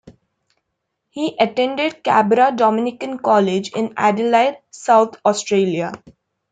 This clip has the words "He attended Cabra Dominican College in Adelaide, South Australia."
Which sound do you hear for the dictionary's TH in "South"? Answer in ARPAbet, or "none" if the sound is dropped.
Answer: T